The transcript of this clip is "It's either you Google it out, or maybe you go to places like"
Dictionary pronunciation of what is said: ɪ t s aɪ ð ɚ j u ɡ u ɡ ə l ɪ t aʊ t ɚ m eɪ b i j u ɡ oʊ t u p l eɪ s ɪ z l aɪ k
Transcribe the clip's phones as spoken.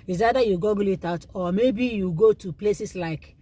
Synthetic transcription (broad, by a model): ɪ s aɪ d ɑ j u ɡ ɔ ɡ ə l ɪ t aʊ t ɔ m eɪ b i j u ɡ oʊ t u p l eɪ s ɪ s l aɪ k